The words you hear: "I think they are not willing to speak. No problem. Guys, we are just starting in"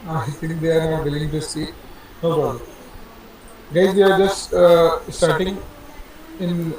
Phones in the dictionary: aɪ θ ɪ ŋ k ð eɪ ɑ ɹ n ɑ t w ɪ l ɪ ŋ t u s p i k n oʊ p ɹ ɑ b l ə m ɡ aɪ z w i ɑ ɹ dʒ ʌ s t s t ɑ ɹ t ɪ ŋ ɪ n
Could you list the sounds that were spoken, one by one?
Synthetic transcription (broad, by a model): aɪ t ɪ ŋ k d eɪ ɑ ɹ n ɑ t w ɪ l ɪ ŋ t u s i n oʊ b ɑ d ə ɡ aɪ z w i ɑ ɹ dʒ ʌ s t s t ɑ ɹ t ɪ ŋ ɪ n